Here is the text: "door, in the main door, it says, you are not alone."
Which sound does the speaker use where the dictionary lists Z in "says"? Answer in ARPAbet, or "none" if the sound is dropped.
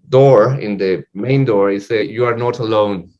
none